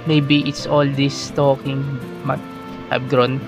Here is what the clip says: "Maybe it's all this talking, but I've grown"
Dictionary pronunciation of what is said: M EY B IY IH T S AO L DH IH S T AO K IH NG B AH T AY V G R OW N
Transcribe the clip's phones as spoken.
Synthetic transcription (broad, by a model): M EY B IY IH T S AO L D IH S T AO K IH NG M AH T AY B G R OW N